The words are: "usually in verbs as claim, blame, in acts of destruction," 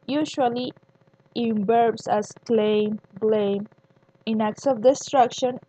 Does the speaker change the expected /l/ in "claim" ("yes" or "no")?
no